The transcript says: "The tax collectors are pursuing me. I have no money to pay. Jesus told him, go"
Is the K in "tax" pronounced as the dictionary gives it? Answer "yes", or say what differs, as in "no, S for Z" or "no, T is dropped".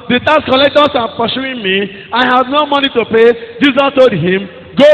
no, K is dropped